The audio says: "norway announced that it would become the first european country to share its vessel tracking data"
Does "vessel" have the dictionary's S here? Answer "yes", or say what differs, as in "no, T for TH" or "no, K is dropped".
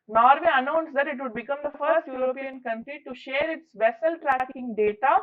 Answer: yes